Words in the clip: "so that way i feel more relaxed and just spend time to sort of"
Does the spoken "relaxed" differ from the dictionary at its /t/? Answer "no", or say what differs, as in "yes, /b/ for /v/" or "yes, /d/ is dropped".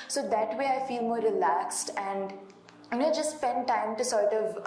no